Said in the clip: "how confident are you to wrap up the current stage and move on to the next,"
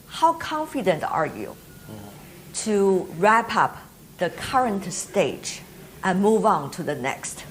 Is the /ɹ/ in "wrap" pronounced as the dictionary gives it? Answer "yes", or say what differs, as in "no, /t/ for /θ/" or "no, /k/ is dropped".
yes